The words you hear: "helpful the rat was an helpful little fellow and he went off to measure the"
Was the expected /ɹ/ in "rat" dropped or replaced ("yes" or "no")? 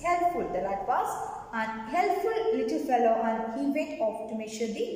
yes